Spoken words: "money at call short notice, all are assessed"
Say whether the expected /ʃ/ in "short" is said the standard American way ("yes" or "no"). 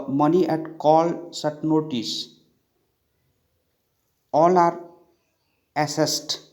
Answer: no